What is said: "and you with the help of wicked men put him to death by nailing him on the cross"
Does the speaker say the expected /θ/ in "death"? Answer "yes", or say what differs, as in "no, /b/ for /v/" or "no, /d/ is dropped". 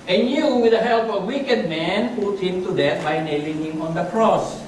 no, /t/ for /θ/